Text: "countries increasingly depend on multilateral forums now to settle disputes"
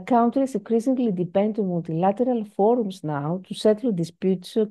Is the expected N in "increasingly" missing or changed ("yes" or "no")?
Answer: yes